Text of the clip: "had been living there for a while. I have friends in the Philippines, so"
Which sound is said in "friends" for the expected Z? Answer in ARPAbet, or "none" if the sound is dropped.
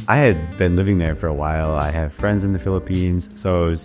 Z